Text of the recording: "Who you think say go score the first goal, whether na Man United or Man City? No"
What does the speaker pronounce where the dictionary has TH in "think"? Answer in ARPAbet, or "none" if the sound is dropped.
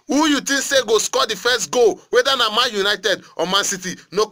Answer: T